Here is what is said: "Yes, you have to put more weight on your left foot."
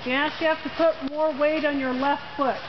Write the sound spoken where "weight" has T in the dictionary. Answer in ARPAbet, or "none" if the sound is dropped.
T